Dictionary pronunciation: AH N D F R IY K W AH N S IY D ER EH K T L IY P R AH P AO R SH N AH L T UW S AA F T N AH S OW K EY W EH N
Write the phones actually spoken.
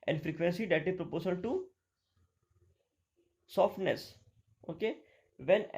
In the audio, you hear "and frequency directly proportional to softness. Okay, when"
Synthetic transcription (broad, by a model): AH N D F R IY K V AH N S IY D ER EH T IY P R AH P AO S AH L T UW S AA F T N AH S OW K EY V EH N